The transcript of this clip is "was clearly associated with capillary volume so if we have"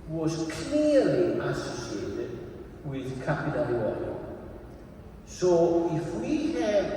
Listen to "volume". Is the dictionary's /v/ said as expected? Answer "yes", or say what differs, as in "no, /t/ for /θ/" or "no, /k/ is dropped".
no, /w/ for /v/